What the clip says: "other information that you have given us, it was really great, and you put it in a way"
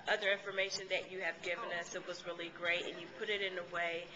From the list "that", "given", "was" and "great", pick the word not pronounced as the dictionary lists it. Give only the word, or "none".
none